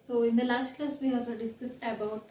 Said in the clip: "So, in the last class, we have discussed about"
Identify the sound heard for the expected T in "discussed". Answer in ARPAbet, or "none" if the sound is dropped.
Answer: none